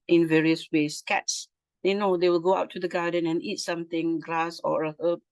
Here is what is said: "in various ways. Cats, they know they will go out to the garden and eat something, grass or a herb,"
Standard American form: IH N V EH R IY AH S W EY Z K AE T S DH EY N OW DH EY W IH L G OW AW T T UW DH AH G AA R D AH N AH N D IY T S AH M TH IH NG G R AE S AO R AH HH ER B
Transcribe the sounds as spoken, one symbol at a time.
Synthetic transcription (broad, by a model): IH N V EH R IY AH S W EY S K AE T S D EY N OW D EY W IH L G OW AW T T UW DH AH G AA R D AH N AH N IY T S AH M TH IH NG G L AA S AO R AH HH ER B